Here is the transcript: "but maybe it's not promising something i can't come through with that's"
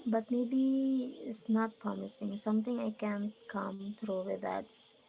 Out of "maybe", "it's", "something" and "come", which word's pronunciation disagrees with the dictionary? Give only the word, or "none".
something